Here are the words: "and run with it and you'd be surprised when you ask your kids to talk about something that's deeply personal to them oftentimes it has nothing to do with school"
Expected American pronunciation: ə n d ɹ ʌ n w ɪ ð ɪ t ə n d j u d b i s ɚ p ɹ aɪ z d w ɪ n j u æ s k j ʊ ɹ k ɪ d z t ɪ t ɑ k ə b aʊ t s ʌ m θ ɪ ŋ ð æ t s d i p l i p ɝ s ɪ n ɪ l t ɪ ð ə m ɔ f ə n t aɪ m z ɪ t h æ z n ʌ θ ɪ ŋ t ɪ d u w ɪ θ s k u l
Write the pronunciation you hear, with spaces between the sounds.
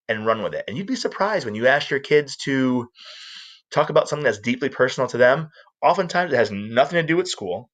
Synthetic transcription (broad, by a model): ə n ɹ ʌ n w ɪ ð ɪ t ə n j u d b i s ɚ p ɹ aɪ z d w ɪ n j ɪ æ s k j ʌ ɹ k ɪ d z t ɪ t ɑ k ə b aʊ t s ʌ m θ ɪ ŋ ð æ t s d i p l i p ɝ s n l t ɪ ð ə m ɔ f ə n t aɪ m z ɪ t h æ z n ʌ θ ɪ ŋ t ɪ d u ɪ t s k u l